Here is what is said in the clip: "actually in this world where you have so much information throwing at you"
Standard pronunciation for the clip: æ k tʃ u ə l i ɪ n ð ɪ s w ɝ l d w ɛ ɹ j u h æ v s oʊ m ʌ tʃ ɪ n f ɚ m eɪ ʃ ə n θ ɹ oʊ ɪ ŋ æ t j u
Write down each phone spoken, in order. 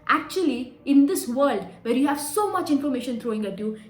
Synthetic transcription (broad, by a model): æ k tʃ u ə l i ɪ n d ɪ s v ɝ l d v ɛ ɹ j u h æ v s oʊ m ʌ tʃ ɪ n f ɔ m eɪ ʃ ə n t ɹ oʊ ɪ ŋ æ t j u